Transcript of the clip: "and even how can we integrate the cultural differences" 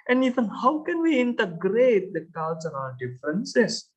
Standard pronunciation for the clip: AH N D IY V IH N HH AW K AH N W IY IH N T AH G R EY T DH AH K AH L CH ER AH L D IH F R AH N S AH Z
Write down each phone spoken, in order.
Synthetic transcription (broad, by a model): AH N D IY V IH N HH AW K AH N W IY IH N T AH G R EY T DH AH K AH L S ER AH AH D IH F R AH N S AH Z